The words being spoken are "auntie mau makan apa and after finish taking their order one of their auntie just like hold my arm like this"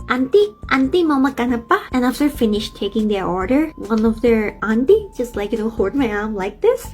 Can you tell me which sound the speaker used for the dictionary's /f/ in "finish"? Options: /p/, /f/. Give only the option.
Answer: /f/